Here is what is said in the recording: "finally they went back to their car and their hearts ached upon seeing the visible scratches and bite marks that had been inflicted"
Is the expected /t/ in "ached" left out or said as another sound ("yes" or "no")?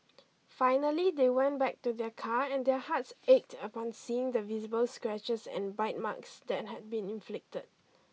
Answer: no